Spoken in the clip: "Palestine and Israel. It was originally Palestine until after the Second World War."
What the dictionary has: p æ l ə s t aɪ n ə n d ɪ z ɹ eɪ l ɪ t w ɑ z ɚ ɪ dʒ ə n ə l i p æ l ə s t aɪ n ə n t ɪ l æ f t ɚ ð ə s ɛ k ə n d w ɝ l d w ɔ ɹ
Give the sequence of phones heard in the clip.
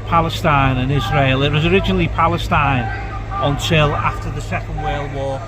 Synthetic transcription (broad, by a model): p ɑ l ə s t aɪ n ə n ɪ z ɹ eɪ l ɪ t w ɑ z ɚ ɪ dʒ ə n ə l i p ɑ l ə s t aɪ n ə n t ɪ l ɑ f t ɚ ð ə s ɛ k ə n d w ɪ l w ɔ